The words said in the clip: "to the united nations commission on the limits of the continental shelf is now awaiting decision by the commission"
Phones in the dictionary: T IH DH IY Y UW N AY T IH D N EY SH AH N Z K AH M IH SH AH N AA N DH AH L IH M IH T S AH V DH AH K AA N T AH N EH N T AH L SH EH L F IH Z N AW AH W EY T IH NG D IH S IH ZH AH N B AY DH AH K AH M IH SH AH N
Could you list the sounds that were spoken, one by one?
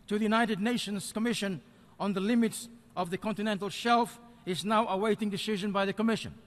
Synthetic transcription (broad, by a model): T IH DH IY Y UW N AY T IH D N EY SH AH N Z K AH M IH SH AH N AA N DH AH L IH M IH T S AH V DH AH K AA N T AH N EH N T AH L SH EH L F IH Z N AW AH W EY T IH NG D IH S IH ZH AH N B AY DH AH K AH M IH SH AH N